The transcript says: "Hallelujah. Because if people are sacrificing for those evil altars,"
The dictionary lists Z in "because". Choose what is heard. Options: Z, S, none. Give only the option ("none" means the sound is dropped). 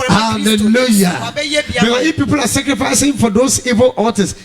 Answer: none